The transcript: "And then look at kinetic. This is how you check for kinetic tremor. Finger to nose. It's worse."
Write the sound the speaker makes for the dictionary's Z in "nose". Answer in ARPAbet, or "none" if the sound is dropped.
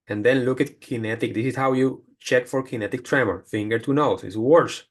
S